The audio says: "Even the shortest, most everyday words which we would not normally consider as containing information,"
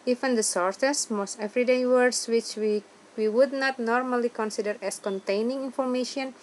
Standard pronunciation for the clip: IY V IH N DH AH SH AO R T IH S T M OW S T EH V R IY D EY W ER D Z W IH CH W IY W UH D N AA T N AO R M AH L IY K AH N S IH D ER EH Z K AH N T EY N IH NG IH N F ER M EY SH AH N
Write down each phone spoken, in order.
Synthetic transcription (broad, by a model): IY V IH N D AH S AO R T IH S M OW S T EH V R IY D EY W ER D S W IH CH W IY W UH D N AA T N AO R M AH L IY K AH N S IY D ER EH S K AH N T EY N IH NG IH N F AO M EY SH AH N